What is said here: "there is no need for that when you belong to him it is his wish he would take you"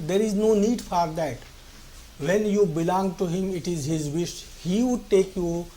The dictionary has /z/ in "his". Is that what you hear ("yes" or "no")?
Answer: yes